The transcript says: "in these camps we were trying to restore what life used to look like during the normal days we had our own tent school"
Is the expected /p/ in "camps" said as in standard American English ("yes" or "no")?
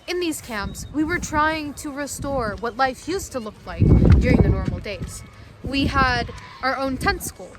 yes